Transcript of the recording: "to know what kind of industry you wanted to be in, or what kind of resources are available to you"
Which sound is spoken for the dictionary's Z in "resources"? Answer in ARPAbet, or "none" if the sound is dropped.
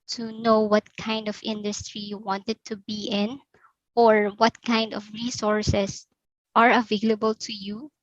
S